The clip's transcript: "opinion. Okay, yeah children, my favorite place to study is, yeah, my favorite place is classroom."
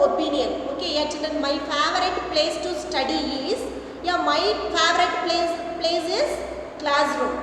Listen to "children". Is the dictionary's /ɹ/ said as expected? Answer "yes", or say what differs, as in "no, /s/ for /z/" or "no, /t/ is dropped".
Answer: no, /ɹ/ is dropped